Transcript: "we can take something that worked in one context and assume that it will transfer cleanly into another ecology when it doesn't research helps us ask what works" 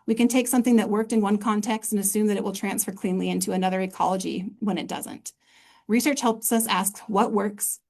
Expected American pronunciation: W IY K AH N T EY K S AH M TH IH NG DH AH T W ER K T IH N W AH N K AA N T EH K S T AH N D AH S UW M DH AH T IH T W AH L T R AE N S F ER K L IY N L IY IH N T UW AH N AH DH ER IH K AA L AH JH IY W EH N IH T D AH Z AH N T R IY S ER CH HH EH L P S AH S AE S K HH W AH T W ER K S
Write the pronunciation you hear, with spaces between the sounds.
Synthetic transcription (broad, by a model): W IY K AH N T EY K S AH M TH IH NG DH AH T W ER K T IH N W AH N K AA N T EH K S T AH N AH S UW M DH AH T IH T W AH L T R AE N S F ER K L IY N L IY IH N T UW AH N AH DH ER IH K AA L AH JH IY W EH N IH T D AH Z AH N T R IY S ER CH HH EH L P S AH S AE S K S W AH T W ER K S